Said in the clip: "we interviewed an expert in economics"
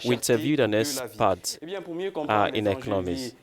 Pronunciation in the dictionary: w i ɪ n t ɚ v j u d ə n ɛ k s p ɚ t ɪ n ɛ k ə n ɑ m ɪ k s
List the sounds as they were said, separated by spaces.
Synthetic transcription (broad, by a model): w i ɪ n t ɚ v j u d ə n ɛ s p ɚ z ɪ n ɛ k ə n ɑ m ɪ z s